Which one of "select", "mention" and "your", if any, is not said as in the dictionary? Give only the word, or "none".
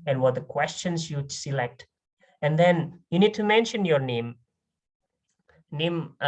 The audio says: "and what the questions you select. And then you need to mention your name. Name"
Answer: none